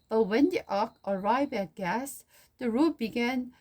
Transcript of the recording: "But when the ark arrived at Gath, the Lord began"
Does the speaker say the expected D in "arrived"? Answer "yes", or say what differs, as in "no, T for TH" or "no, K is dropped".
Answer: no, D is dropped